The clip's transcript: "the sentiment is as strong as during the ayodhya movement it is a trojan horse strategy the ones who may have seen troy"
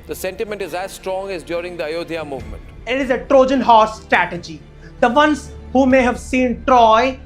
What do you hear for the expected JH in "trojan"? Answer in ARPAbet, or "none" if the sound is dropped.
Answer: JH